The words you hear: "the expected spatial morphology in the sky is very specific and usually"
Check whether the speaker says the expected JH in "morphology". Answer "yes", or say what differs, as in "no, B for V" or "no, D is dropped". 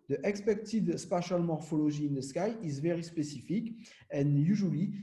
no, ZH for JH